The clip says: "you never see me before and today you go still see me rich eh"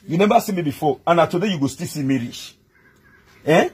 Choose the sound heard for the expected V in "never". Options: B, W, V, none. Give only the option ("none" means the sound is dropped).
B